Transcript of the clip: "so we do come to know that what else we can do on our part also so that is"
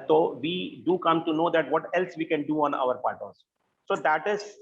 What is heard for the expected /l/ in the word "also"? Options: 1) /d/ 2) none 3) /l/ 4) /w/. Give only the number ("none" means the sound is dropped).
2